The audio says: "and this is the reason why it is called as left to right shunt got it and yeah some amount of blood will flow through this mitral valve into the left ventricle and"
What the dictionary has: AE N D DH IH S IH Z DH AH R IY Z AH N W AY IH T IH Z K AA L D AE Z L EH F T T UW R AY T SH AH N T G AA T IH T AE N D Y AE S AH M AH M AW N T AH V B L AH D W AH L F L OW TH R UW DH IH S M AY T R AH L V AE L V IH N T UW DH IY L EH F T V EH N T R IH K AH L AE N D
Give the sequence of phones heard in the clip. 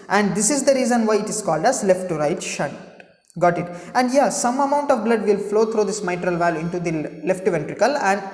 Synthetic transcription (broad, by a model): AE N D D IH S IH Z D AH R IY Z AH N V AY IH T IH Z K AA L D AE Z L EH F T T UW R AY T SH AH N T G AA T IH T AE N D Y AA S AH M AH M AW N T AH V B L AH D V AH L F L OW T R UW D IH S M AY T R AH L V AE L IH N T UW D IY L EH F T V EH N T R IH K AH L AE N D